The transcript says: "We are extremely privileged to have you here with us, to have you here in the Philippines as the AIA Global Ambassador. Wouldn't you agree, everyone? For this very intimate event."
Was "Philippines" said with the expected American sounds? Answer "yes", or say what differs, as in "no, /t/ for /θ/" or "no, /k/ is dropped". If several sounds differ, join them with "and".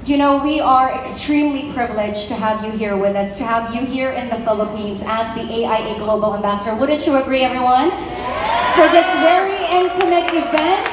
yes